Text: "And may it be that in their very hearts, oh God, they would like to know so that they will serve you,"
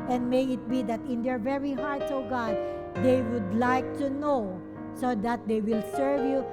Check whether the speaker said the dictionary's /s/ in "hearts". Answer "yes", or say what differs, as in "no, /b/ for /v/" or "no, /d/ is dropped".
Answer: no, /s/ is dropped